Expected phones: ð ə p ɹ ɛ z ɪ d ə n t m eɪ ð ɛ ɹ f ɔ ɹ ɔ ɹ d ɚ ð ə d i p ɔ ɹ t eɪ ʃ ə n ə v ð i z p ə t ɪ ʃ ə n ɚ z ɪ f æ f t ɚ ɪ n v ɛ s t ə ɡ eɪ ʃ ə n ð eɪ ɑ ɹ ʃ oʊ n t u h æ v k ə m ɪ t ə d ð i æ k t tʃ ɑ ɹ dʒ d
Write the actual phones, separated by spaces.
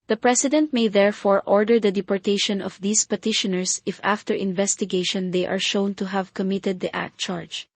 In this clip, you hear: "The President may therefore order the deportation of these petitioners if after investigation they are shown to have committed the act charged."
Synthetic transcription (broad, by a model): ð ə p ɹ ɛ s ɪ d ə n t m eɪ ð ɛ ɹ f ɔ ɹ ɔ ɹ d ɚ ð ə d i p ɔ ɹ t eɪ ʃ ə n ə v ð i s p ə t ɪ ʃ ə n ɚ s ɪ f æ f t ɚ ɪ n v ɛ s t ə ɡ eɪ ʃ ə n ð eɪ ɑ ɹ ʃ oʊ n t u h æ v k ə m ɪ t ə d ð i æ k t tʃ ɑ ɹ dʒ